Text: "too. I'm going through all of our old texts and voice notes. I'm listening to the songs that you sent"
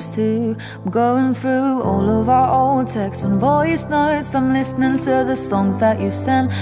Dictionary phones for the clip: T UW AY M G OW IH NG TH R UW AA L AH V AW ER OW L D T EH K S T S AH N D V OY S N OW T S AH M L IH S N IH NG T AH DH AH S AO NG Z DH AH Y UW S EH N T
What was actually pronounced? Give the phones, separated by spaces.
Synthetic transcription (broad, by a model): T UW G OW IH NG TH R UW AA L AH V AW ER OW L D T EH K S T AH N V OY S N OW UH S AH M L IH S N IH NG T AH DH AH S AO NG Z DH AH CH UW S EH N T